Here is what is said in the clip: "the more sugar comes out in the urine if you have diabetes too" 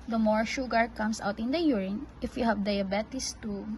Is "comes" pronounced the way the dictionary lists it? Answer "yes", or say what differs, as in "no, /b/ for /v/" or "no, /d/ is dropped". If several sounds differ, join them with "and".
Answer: no, /s/ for /z/